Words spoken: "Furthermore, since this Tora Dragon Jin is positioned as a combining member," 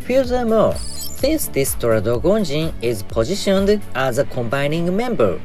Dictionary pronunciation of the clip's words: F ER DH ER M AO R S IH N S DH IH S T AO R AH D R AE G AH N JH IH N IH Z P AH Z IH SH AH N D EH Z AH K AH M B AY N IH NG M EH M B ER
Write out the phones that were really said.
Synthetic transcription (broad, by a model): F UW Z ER M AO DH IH S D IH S T AO R AH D AO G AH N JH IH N IH Z P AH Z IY SH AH N D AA Z AH K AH M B AY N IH NG M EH M B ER